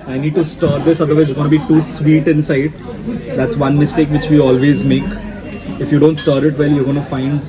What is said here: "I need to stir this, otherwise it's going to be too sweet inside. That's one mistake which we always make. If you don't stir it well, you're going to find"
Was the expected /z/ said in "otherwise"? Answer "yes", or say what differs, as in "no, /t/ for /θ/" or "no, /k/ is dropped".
no, /z/ is dropped